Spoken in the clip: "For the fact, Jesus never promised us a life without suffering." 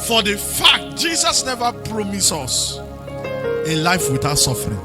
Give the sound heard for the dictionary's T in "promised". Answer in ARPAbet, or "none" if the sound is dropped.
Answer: none